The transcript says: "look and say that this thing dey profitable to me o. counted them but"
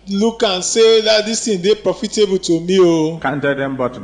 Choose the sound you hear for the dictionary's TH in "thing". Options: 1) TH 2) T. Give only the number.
2